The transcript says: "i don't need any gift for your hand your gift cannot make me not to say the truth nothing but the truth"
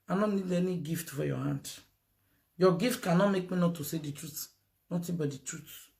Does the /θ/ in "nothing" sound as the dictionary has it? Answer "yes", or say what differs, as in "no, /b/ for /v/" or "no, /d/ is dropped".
no, /t/ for /θ/